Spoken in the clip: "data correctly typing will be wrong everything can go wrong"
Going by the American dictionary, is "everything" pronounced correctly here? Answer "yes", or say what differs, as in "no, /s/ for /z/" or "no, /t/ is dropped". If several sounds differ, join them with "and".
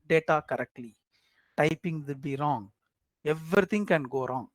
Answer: no, /t/ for /θ/